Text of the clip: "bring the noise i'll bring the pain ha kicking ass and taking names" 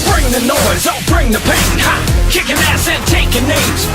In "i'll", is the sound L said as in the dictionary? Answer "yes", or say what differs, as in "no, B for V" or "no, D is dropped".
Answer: no, N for L